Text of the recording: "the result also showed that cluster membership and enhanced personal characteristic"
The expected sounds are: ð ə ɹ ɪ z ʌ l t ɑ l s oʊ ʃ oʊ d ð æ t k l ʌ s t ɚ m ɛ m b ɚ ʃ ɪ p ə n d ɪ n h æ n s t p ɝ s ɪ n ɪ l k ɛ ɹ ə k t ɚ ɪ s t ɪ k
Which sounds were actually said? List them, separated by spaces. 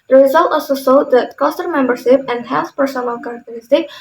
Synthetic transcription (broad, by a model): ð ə ɹ ɪ z ʌ l t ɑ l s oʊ s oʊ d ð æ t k ʌ s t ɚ m ɛ m b ɚ ʃ ɪ p ə n d h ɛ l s p ɝ s ɪ n ɪ l k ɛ ɹ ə k t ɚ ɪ s t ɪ k